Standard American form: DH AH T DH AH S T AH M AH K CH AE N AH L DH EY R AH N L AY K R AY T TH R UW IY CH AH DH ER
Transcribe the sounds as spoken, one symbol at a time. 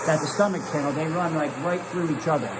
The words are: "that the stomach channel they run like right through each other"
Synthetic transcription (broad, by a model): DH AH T DH AH S T AH M AH K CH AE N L DH EY R AH N L AY K R AY T TH R UW IY CH AH DH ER